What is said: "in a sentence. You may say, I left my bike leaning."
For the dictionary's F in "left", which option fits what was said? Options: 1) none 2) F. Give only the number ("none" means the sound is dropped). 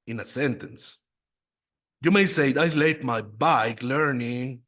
1